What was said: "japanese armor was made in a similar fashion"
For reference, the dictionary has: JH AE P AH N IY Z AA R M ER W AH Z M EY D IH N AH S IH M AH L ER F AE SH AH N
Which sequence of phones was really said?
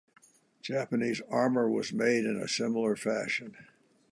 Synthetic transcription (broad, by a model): JH AE P AH N IY Z AA R M ER W AH Z M EY D IH N AH S IH M L ER F AE SH AH N